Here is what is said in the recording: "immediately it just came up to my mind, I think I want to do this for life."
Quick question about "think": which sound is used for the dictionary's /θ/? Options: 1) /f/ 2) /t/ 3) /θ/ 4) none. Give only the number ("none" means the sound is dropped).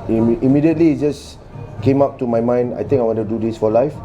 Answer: 2